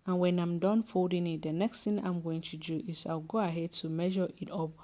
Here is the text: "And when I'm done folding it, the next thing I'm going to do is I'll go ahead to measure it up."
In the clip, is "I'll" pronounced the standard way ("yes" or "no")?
no